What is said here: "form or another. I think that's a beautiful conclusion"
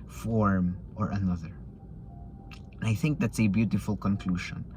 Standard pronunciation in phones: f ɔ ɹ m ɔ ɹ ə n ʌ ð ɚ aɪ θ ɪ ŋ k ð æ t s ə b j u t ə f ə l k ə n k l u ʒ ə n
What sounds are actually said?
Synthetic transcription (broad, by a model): f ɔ ɹ m ɔ ɹ ə n ʌ ð ɚ aɪ θ ɪ ŋ k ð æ t s ə b j u t ə f ə l k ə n k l u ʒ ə n